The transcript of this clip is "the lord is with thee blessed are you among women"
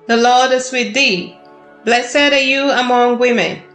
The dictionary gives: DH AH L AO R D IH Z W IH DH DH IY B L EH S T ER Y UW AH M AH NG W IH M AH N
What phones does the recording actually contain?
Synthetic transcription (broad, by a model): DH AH L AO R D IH S W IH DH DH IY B L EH S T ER Y UW AH M AH NG W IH M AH N